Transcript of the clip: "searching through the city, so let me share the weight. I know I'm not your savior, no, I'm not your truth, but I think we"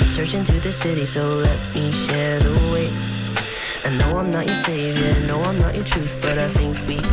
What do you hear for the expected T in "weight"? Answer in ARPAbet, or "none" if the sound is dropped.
none